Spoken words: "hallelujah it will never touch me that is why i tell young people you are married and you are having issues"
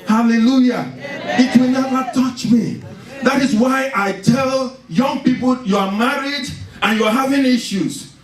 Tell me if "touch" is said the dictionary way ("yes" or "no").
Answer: yes